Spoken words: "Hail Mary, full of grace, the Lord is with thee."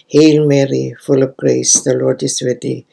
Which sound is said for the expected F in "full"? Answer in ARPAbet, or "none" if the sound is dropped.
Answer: F